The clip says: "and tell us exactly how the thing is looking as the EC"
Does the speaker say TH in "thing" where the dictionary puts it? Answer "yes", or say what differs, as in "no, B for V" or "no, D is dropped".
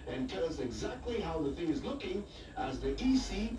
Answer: yes